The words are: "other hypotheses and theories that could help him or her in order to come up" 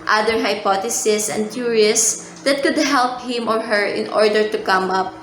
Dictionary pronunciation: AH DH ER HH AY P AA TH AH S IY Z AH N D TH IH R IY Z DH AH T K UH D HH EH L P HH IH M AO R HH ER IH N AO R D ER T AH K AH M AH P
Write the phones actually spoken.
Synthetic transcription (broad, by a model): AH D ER HH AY P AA T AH S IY S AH N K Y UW R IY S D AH T K UH D HH EH L P HH IH M AO R HH ER IH N AO R D ER T AH K AH M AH P